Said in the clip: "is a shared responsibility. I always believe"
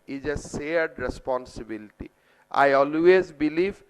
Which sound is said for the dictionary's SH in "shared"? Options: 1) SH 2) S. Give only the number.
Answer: 2